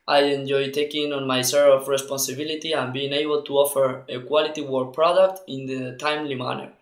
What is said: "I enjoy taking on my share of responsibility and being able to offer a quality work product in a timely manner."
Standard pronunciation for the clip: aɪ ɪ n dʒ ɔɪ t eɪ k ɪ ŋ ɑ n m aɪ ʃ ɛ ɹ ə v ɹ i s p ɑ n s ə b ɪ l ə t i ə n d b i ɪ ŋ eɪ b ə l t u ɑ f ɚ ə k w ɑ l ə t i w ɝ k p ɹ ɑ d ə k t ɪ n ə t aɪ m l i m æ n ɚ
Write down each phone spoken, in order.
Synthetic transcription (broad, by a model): aɪ ɪ n dʒ ɔɪ t eɪ k ɪ ŋ ɑ n m aɪ s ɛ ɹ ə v ɹ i s p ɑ n s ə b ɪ l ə t i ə n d b i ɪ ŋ eɪ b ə l t u ɑ f ɚ ə k w ɑ l ə t i w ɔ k p ɹ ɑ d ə k t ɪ n ə t aɪ m l i m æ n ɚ